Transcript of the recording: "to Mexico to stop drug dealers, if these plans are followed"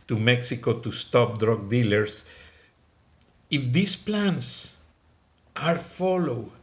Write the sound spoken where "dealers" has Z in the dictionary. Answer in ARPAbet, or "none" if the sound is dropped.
S